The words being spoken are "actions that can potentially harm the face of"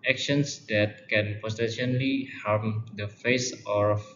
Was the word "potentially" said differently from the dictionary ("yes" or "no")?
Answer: yes